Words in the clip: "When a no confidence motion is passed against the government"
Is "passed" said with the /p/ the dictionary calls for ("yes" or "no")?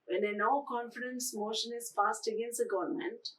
no